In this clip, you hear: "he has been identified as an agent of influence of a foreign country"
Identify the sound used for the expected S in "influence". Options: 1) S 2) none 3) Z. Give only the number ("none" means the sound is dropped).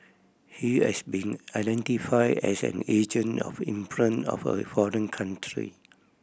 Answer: 2